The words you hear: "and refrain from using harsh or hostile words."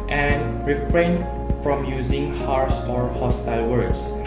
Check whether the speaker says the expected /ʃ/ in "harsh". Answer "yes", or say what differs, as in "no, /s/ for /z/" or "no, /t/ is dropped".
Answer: no, /s/ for /ʃ/